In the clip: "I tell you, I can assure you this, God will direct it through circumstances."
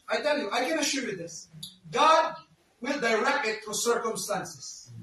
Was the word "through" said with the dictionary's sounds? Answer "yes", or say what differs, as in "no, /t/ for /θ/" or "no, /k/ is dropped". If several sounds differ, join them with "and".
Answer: no, /t/ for /θ/